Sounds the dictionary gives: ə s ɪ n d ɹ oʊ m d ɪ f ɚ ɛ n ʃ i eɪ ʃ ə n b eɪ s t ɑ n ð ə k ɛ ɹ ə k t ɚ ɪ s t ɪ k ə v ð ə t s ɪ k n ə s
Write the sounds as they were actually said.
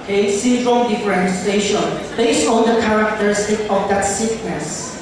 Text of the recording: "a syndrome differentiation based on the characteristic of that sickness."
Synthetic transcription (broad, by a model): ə s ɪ d ɹ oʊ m d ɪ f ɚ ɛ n s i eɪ ʃ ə n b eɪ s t ɑ n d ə k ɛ ɹ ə k t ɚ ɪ s t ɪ k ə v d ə t s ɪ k n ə s